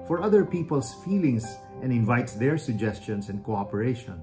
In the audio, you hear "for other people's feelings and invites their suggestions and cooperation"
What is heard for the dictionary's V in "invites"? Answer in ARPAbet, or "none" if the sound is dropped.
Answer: V